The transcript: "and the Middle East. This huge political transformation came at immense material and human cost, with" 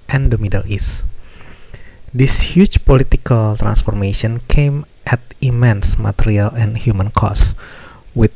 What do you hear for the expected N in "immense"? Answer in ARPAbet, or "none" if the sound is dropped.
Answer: N